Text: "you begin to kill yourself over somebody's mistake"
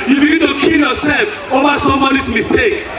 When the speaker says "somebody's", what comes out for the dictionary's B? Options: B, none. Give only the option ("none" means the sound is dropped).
none